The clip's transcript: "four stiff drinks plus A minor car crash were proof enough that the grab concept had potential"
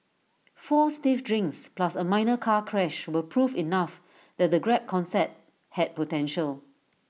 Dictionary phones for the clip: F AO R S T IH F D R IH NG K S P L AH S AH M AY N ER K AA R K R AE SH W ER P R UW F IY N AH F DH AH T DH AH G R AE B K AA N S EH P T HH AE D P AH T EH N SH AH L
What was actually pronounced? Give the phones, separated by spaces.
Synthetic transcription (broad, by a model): F AO S T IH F D R IH NG K S P L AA S AH M AY N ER K AA K R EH SH W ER P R UW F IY N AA F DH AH T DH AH G R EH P K AA N S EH T HH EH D P AH T EH N SH AH L